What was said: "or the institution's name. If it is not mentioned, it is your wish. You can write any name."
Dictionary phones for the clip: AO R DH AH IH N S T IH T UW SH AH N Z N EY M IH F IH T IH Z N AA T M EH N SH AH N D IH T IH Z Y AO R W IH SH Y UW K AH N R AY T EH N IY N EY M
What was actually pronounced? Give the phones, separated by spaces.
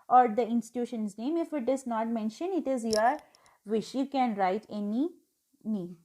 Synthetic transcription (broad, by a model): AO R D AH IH N S T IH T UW SH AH N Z N EY M IH F IH T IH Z N AA T M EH N SH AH N IH T IH Z Y AO R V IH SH Y UW K AH N R AY T EH N IY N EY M